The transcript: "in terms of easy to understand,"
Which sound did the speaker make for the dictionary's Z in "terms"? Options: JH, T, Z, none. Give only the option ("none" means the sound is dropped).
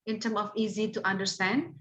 none